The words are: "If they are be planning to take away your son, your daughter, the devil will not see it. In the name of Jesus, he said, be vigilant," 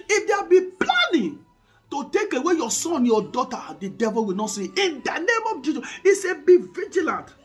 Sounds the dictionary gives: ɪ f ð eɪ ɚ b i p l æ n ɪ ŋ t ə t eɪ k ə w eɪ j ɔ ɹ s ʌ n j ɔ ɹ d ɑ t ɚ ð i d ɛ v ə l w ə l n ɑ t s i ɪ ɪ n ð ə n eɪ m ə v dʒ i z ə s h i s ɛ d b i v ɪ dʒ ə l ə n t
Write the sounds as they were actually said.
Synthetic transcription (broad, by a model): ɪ f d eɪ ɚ b i p l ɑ n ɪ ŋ t ə t eɪ k ə w eɪ j ɔ s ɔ n j ɔ d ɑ t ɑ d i d ɛ v ə l w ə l n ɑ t s i ɪ n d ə n eɪ m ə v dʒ i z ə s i s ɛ b i v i dʒ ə l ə n t